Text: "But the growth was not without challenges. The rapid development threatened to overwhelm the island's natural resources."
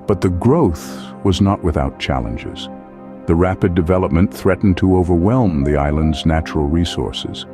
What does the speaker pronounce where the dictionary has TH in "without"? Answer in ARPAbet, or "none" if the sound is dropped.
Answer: TH